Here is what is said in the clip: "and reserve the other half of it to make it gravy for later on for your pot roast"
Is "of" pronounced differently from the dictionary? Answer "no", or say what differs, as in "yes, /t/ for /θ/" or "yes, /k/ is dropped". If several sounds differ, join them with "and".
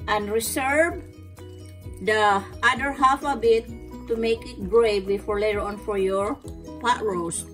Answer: yes, /b/ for /v/